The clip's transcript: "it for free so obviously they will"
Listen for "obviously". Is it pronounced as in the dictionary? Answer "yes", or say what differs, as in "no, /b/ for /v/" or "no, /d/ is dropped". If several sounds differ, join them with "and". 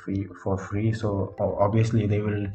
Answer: no, /v/ is dropped